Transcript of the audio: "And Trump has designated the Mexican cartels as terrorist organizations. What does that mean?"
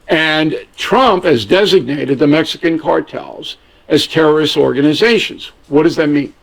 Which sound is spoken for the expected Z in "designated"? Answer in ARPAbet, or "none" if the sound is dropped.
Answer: Z